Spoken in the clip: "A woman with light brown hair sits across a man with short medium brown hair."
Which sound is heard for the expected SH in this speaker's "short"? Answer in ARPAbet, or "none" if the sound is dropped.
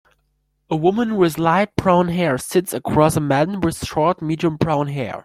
S